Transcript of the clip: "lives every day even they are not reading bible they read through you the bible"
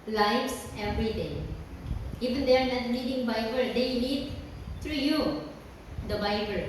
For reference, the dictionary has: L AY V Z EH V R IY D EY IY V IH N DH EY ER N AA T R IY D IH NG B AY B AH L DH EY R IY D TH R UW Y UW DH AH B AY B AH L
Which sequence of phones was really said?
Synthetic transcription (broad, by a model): L AY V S EH V R IY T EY IY V IH N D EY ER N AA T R IY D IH NG B AY B AH L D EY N IY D T R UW Y UW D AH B AY B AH L